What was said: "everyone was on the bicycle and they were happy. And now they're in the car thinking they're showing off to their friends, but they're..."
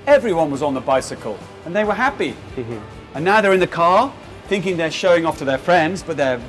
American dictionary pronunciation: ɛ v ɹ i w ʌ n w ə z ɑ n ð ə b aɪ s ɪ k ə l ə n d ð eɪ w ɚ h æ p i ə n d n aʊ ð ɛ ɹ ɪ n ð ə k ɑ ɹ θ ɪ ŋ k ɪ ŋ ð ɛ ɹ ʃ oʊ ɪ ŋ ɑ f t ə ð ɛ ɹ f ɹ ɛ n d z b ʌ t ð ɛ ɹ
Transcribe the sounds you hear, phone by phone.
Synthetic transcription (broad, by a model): ɛ v ɹ i w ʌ n w ə z n ð ə b aɪ s ɪ k ə l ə n ð eɪ w ɚ h æ p i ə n n aʊ ð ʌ ɹ ɪ n ð ə k ɑ ɹ θ ɪ ŋ k ɪ ŋ ð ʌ ɹ ʃ oʊ ɪ ŋ ɑ f t ə ð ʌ ɹ f ɹ ɛ n d z b ʌ t ð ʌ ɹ